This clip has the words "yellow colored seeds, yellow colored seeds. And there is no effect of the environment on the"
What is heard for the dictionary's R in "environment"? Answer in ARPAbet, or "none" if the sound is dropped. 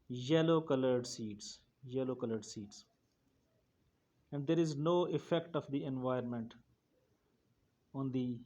none